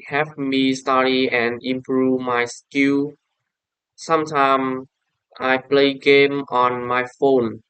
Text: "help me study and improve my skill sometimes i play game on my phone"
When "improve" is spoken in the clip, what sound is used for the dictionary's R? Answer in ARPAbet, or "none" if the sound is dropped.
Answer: R